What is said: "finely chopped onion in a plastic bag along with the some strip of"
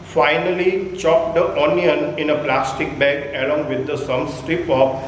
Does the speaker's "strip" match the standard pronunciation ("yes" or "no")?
yes